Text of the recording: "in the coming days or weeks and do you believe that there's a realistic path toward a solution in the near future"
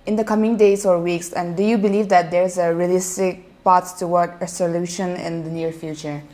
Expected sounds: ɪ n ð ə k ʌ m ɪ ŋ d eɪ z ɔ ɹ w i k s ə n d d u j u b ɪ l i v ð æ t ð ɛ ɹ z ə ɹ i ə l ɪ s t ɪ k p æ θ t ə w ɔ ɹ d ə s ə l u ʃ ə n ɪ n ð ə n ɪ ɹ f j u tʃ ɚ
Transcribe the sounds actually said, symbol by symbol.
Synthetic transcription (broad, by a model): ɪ n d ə k ʌ m ɪ ŋ d eɪ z ɔ ɹ w i k s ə n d d u j u b ɪ l i v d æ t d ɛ ɹ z ə ɹ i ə l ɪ s t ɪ k p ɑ s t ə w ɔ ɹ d ə s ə l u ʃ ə n ɪ n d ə n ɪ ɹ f j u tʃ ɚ